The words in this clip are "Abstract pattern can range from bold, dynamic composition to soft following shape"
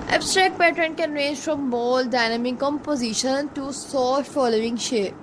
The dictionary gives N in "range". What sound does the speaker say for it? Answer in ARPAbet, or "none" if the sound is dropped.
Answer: N